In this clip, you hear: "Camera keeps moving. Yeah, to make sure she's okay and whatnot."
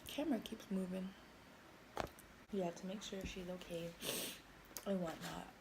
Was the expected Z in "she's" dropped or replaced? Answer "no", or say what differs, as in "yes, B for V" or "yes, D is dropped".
no